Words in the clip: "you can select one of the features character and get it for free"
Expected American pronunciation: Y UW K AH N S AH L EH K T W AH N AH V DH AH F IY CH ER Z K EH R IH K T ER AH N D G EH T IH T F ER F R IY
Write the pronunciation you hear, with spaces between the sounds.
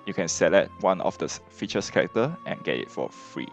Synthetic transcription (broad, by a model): Y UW K AH N S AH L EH T W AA N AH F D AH F IY CH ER S K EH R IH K T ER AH N G EH T IH T F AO F R IY